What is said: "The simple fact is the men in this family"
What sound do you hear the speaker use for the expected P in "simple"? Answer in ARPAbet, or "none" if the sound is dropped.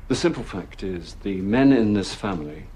P